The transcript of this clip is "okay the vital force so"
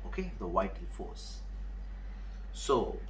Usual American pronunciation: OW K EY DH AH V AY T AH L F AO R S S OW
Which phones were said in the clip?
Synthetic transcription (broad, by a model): OW K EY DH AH W AY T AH N F AO S S OW